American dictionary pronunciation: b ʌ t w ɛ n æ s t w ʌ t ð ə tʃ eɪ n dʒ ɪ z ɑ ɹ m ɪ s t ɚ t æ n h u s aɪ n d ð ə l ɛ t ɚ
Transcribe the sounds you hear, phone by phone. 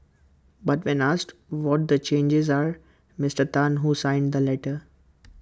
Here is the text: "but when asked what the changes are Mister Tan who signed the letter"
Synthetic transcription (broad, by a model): b ʌ t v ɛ n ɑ s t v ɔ t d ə tʃ eɪ n dʒ ɪ z ɑ ɹ m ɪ s t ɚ t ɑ n h u s aɪ n d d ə l ɛ t ɚ